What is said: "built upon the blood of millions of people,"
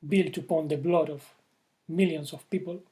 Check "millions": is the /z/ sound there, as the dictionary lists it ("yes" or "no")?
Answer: no